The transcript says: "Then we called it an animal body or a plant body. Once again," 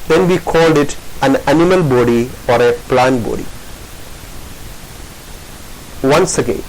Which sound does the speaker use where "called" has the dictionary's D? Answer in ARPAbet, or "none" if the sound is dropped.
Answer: D